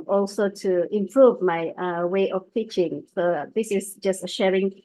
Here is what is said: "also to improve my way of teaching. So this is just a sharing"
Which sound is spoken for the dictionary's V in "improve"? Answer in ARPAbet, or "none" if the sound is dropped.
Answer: V